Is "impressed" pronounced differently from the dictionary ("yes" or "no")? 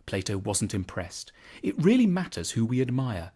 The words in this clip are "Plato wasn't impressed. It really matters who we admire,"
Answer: no